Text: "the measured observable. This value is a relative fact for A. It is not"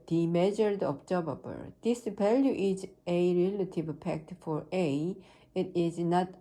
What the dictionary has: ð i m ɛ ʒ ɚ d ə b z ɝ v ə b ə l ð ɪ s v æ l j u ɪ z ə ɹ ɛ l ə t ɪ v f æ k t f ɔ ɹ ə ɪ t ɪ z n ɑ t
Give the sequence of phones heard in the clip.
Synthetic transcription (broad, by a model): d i m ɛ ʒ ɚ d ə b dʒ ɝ b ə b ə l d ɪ s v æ l j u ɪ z ə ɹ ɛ l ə t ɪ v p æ k t f ɔ ɹ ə ɪ t ɪ z n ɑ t